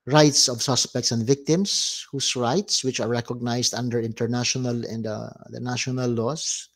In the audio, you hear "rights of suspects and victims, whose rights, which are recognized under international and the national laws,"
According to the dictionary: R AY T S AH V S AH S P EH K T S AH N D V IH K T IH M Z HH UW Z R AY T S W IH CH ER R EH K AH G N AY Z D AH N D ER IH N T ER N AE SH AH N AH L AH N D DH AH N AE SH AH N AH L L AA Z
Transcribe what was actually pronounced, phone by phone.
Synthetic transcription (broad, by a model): R AY T S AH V S AH S P EH K T S AH N D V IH K T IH M S HH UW S R AY T S W IH CH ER R EH K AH G N AY S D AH N D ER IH N T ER N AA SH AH N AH L AH N D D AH N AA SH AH N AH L L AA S